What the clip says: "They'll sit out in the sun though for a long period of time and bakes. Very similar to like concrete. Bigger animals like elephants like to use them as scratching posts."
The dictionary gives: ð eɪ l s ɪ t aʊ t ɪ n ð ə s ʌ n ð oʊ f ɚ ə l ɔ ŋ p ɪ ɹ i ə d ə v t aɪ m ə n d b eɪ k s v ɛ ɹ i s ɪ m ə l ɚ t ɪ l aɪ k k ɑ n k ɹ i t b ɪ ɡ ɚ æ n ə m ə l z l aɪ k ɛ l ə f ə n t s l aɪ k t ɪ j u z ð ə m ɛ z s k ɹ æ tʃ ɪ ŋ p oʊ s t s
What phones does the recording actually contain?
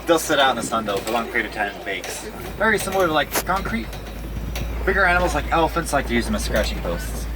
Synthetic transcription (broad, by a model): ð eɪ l s ɪ t aʊ t n ð ə s ʌ n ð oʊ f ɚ ə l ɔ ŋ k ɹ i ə ə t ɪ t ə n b eɪ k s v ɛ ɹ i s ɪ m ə l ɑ ɪ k k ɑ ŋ k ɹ i t b ɪ ɡ ɚ æ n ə m l z l aɪ k ɛ l ə f ə n t s l aɪ k t ɪ j u z ð ə m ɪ s k ɹ æ tʃ ɪ ŋ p oʊ s t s